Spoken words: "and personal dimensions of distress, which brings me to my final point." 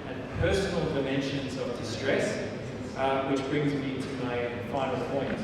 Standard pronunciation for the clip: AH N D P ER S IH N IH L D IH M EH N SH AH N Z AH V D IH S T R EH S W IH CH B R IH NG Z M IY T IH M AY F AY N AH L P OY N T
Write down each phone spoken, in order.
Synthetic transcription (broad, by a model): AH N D P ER S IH N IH L D IH M EH N SH AH N Z AH V D IH S T R EH S W IH CH B R IH NG Z M IY T IH M AY F AY N AH L P OY N T